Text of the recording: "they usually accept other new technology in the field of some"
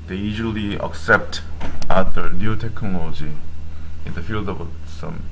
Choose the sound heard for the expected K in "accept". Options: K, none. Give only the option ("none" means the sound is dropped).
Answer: K